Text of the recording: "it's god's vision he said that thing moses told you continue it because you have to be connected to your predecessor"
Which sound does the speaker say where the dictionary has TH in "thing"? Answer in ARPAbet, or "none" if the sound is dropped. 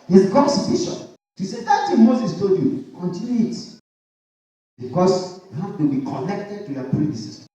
T